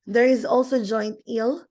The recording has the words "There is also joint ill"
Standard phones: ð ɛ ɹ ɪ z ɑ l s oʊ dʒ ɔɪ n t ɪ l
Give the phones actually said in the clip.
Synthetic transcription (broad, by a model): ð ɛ ɹ ɪ z ɑ l s oʊ dʒ ɔɪ n t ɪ l